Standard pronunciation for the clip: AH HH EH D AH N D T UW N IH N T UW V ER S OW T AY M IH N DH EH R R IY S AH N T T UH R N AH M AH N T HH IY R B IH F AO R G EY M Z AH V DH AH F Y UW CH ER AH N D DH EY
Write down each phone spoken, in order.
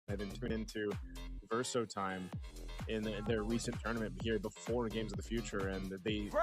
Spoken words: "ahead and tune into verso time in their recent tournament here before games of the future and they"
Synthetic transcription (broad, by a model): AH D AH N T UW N IH N T UW V ER S OW T AY M IH N DH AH R R IY S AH N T T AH R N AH M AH N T HH IY R B IH F AO R G EY M Z AH V DH AH F Y UW CH ER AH N DH EY